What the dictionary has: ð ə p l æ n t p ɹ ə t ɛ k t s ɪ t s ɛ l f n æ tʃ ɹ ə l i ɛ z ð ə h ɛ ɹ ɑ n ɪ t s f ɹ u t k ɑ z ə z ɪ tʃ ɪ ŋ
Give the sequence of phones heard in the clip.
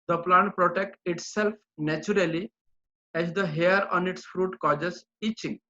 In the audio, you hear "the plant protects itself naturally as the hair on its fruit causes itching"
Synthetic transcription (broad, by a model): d ə p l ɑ n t p ɹ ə t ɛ k t ɪ t s ɛ l f n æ tʃ ɹ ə l i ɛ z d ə h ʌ ɹ ɑ n ɪ t s f ɹ u t k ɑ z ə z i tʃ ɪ ŋ